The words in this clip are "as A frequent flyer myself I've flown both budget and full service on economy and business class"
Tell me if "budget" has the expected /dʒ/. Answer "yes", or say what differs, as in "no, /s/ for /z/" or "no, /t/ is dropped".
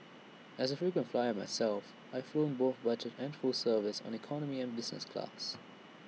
no, /tʃ/ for /dʒ/